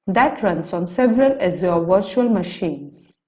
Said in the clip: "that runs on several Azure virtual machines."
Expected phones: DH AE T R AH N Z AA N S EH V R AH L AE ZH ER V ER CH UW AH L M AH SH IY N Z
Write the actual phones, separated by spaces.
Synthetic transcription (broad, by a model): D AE T R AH N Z AA N S EH V R AH L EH Z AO V ER CH UW AH L M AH SH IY N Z